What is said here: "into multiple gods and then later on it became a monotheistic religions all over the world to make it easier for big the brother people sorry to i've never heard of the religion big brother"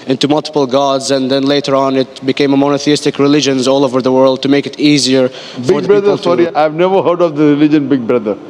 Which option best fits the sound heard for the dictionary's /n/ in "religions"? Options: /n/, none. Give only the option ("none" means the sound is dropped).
/n/